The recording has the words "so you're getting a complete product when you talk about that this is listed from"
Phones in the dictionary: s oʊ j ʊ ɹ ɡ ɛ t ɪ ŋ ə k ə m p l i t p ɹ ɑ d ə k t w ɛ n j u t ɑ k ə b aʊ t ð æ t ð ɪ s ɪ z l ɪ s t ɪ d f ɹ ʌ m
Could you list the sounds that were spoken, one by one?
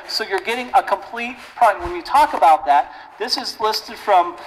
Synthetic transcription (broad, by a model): s oʊ j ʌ ɹ ɡ ɛ t ɪ ŋ ə k ə m p l i t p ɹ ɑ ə w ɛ n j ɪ t ɑ k ə b aʊ t ð æ t ð ɪ s ɪ z l ɪ s t ɪ d f ɹ ʌ m